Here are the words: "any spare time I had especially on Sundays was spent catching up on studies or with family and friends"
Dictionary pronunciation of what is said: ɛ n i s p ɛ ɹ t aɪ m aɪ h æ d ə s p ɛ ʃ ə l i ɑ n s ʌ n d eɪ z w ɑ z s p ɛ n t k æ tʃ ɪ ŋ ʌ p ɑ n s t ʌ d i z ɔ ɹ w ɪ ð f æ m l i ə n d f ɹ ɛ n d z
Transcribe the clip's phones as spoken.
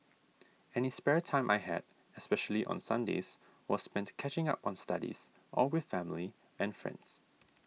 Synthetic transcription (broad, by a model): ɛ n i s p ɛ ɹ t aɪ m aɪ h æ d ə s p ɛ ʃ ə l i ɑ n s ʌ n d eɪ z w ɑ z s p ɛ n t k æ tʃ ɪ ŋ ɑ p ɑ n s t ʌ d i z ɔ l w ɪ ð f æ m l i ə n f ɹ ɛ n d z